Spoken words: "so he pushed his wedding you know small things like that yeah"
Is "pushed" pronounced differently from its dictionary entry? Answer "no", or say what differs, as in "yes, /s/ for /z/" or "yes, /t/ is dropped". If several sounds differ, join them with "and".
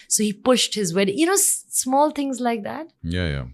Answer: no